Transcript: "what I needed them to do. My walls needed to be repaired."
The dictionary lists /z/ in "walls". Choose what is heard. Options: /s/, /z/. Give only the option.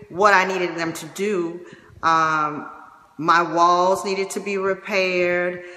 /z/